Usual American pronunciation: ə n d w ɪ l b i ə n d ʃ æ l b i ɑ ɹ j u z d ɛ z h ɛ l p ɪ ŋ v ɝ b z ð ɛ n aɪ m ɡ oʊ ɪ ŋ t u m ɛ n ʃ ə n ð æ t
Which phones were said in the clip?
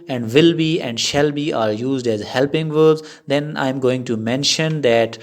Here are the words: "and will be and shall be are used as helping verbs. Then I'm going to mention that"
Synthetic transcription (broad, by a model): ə n d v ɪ l b i ə n d ʃ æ l b i ɑ ɹ j u z d ɛ z h ɛ l p ɪ ŋ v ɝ z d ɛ n aɪ m ɡ oʊ ɪ ŋ t u m ɛ n ʃ ə n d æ t